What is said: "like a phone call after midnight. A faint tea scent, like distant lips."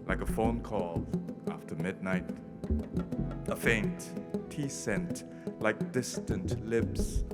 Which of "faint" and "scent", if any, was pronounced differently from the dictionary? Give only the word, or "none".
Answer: none